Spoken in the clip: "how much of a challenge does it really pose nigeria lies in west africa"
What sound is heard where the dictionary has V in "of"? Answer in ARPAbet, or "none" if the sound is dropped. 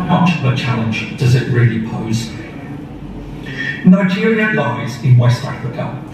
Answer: P